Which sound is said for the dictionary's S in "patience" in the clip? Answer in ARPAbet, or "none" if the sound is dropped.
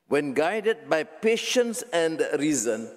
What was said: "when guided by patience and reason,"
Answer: S